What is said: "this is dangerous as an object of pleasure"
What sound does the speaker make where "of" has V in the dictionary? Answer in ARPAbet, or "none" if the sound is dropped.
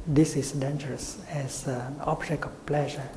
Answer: F